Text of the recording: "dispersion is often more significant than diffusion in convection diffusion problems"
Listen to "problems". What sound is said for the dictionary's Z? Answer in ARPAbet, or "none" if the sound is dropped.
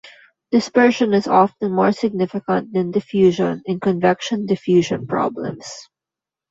S